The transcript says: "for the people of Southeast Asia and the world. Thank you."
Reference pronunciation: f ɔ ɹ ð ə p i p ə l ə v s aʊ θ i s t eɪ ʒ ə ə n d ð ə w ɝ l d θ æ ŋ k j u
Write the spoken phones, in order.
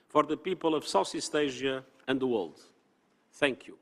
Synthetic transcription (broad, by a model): f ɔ ɹ ð ə p i p ə l ə v s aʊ s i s t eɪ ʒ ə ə n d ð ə w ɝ l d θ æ ŋ k j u